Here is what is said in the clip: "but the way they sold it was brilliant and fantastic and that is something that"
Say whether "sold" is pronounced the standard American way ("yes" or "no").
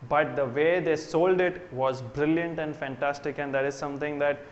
yes